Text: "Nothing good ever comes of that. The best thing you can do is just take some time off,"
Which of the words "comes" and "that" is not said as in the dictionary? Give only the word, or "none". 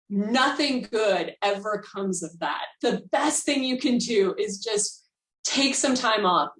none